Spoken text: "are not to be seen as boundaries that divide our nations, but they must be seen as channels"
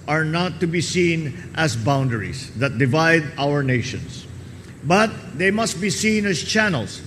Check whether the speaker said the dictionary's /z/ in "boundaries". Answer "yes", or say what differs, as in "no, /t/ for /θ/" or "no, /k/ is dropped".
no, /s/ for /z/